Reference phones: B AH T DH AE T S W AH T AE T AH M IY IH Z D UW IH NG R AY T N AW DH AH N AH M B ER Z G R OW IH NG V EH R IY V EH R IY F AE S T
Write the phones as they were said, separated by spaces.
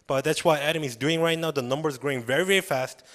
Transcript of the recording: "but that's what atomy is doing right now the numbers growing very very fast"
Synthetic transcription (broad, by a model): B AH T DH AE T S W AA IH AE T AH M IH Z D UW IH NG R AY T N AW DH AH N AH M B ER Z G R OW IH NG V EH R IY V EH R IY F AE S T